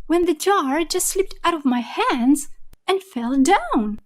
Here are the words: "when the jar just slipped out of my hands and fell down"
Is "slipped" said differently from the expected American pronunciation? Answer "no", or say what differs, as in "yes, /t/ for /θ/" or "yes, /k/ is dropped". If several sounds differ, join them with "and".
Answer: no